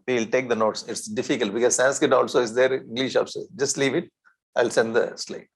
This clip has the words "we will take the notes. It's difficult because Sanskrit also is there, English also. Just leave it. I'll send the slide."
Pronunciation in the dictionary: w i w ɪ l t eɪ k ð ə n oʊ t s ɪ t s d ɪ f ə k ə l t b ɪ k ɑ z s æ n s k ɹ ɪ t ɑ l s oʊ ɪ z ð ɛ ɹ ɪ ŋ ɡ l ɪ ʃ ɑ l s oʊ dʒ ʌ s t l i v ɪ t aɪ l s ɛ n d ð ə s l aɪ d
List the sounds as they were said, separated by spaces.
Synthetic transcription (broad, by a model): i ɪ l t eɪ k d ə n oʊ t s ɪ t s d ɪ f ə k ə l t b ɪ k ɑ z s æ n s k ɪ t ɑ l s oʊ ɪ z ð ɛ ɹ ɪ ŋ ɡ l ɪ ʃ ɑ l s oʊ dʒ ʌ s t l i v ɪ t aɪ l s ɛ n d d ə s l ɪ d